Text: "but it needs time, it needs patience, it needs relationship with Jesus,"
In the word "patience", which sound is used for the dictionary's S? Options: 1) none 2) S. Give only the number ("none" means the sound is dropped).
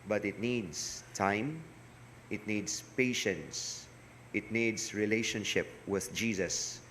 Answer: 2